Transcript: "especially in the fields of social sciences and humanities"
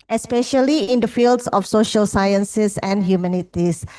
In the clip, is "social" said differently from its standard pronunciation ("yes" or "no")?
no